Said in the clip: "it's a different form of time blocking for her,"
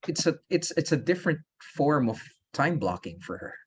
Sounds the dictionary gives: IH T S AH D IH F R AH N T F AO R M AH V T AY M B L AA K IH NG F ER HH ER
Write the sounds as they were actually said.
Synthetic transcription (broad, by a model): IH T S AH D IH F R AH N T F AO R M AH V T AY M B L AA K IH NG F ER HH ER